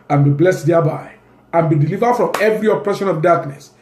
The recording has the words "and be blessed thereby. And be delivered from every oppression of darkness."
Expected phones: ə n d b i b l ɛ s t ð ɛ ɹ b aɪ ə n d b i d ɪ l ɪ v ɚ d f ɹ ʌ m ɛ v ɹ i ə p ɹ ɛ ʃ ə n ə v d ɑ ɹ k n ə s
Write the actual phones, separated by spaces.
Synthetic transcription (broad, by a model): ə n b i b l ɛ s t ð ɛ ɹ b aɪ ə n b i d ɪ l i v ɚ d f ɹ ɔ m ɛ v ɹ i ə p ɹ ɛ ʃ ə n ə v d ɑ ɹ k n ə s